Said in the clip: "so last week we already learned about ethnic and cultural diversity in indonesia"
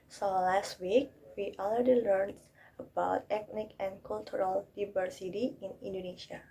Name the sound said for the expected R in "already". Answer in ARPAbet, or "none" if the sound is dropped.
L